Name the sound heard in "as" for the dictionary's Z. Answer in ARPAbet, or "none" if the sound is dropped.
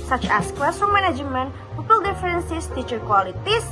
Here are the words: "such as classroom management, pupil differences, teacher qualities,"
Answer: S